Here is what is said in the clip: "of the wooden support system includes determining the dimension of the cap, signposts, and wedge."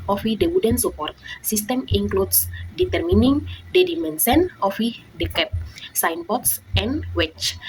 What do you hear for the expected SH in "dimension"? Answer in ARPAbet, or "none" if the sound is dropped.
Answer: S